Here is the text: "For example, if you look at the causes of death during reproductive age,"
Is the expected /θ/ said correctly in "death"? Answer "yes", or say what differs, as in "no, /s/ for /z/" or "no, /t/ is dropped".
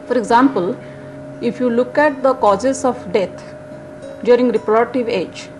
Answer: no, /t/ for /θ/